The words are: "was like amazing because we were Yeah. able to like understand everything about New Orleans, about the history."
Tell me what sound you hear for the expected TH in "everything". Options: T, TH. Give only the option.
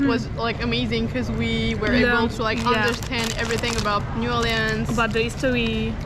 TH